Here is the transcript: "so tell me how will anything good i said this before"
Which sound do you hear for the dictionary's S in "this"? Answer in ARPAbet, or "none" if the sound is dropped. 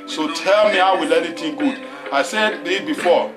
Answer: none